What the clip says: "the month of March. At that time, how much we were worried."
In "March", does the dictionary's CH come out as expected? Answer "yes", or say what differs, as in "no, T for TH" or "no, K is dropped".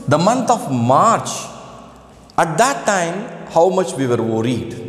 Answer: yes